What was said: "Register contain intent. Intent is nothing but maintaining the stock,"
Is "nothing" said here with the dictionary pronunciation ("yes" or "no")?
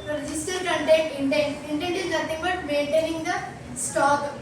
no